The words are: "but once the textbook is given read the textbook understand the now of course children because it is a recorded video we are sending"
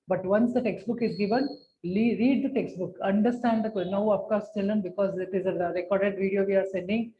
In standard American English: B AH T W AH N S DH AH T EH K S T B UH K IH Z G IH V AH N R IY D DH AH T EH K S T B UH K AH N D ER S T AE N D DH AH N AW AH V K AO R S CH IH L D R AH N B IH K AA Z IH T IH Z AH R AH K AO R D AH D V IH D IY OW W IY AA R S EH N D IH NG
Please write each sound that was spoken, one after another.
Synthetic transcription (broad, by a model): B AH T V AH N S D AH T EH K S T B UH K IH Z G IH V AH N R IY D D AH T EH K S T B UH K AH N D ER S T AE N D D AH N AW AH P K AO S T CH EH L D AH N B IH K AA Z IH T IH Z AH R AH K AO R D AH D V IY D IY OW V IY AA R S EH N D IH NG